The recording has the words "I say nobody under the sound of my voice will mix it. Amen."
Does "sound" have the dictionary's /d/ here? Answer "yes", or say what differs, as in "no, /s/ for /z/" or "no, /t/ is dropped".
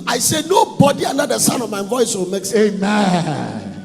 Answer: no, /d/ is dropped